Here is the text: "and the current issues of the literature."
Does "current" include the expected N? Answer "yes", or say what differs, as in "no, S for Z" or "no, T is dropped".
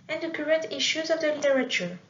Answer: no, N is dropped